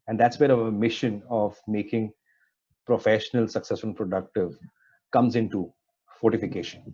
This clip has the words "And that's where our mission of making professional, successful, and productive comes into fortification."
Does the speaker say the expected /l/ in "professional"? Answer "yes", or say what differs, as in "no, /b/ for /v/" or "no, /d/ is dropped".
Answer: yes